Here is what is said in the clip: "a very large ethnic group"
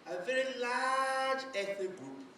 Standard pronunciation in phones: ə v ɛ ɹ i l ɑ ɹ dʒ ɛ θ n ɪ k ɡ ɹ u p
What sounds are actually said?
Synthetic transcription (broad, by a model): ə v ɛ ɹ i l ɑ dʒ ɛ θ ɪ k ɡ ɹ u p